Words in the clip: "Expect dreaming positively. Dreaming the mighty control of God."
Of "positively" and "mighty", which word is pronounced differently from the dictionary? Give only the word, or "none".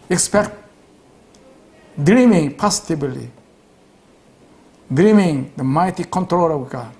positively